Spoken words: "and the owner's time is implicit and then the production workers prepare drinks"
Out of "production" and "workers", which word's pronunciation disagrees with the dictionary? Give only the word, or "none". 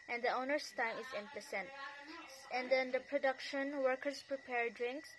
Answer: workers